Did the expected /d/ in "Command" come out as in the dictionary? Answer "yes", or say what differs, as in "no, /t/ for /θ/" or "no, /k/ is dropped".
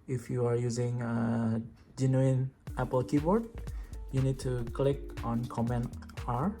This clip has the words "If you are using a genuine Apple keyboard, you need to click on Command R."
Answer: no, /d/ is dropped